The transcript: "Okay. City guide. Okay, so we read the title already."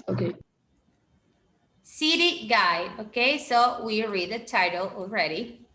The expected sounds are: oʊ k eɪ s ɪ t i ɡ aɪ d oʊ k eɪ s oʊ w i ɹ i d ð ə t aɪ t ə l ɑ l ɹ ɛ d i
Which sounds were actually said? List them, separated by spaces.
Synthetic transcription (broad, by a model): oʊ k eɪ s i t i ɡ aɪ oʊ k eɪ s oʊ w i ɹ i d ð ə t aɪ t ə l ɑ l ɹ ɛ d i